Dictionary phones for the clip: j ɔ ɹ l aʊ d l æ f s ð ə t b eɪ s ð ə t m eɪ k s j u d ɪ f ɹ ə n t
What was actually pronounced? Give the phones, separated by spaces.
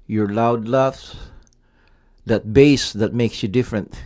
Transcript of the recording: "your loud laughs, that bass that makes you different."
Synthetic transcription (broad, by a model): j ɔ ɹ l aʊ d l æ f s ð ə t b eɪ s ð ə t m eɪ k s j u d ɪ f ɹ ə n t